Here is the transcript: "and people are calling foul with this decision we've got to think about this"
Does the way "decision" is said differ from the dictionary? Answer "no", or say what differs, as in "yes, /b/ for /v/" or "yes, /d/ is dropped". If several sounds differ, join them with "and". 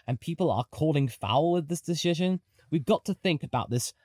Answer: no